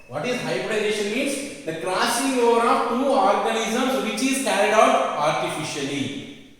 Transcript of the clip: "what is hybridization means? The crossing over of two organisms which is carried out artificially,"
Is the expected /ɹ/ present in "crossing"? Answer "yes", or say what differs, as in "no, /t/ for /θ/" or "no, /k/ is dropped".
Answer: no, /l/ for /ɹ/